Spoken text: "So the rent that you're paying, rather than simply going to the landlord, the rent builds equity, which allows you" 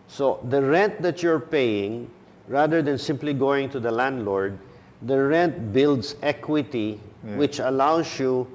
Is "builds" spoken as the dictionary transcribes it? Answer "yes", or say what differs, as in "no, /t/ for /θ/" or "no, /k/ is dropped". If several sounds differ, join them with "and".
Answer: no, /s/ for /z/